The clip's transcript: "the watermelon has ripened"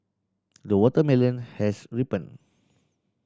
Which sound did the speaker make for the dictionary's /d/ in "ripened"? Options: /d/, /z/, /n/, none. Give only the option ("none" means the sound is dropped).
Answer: none